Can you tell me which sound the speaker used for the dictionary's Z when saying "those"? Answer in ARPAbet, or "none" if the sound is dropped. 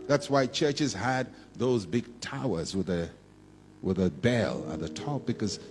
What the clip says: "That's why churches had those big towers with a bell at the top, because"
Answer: Z